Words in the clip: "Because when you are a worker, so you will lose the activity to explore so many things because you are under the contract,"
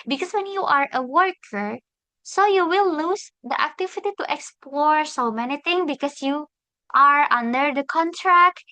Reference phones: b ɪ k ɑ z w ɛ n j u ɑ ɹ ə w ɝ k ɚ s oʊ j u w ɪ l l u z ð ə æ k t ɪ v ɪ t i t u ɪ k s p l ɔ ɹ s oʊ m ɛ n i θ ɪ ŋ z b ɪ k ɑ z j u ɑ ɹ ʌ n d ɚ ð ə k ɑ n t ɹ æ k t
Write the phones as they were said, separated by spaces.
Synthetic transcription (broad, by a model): b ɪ k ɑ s w ɛ n j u ɑ ɹ ə w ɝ k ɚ s oʊ j u w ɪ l l u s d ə æ k t ɪ v ɪ t i t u ɪ k s p l ɔ ɹ s oʊ m ɛ n i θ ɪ ŋ b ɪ k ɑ s j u ɑ ɹ ʌ n d ɚ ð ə k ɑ n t ɹ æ k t